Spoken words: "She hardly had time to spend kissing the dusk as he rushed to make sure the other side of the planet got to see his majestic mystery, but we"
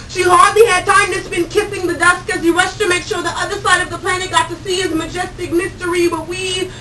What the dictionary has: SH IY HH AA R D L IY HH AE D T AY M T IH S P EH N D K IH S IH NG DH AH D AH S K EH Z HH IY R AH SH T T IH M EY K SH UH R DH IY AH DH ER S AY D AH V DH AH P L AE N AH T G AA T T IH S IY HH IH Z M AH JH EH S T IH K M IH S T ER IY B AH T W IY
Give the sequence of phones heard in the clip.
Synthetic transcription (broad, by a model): SH IY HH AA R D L IY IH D T AY M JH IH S B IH N K IH S IH NG DH AH D AH S K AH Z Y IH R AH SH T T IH M EY K SH UH R DH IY AH DH ER S AY D AH V DH AH P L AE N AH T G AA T T IH S IY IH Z M AH JH EH S T IH K M IH S T ER IY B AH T W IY